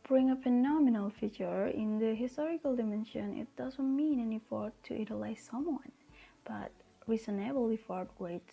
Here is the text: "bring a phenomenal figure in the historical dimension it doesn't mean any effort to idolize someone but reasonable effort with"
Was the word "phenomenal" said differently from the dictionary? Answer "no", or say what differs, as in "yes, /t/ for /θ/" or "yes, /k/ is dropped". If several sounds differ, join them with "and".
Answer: no